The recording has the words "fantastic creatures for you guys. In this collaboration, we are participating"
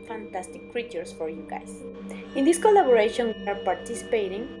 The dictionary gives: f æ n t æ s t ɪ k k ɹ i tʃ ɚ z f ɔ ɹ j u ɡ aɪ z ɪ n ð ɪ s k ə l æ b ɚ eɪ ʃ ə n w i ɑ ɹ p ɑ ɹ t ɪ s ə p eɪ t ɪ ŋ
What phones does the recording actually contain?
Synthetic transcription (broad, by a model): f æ n t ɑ s t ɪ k k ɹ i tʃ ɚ s f ɔ ɹ j u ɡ aɪ s ɪ n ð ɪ s k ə l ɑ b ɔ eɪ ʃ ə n w i ɑ ɹ p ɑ ɹ t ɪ s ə p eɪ t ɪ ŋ